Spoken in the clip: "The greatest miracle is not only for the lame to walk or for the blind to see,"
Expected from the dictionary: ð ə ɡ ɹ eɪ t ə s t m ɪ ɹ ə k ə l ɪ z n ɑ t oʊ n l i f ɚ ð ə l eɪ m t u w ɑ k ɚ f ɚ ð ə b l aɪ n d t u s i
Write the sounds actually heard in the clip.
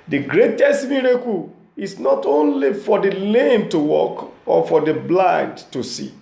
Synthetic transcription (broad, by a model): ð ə ɡ ɹ eɪ t ə s t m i ɹ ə k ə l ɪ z n ɑ t oʊ n l i f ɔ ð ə l eɪ m t u w ɑ k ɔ f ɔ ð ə b l aɪ n d t u s i